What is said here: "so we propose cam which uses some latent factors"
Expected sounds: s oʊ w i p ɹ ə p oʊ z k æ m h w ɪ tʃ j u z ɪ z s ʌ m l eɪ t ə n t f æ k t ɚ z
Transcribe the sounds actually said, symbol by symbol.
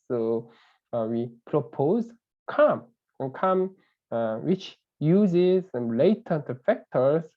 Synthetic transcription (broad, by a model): s oʊ w i p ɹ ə p oʊ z k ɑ m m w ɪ tʃ j u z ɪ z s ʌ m l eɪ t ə t f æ k t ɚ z